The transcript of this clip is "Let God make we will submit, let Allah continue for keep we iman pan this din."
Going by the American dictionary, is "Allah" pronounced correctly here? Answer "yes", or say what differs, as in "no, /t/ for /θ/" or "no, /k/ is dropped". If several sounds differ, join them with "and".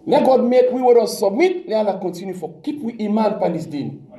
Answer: no, /n/ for /l/